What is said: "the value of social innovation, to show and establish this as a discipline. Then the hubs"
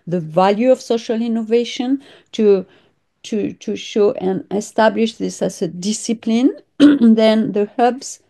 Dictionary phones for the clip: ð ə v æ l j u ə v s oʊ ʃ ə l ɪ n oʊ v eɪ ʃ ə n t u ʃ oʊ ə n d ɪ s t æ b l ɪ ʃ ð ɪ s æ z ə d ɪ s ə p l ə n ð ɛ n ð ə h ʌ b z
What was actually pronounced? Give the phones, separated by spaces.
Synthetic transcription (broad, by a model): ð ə v æ l j u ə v s oʊ ʃ ə l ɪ n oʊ v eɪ ʃ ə n t u ʃ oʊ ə n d ɪ s t æ b l ɪ ʃ ð ɪ s æ z ə d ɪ s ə p l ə n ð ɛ n ð ə h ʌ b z